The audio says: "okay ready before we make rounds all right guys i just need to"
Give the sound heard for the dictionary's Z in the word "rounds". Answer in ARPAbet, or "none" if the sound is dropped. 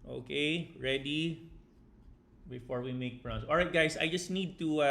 S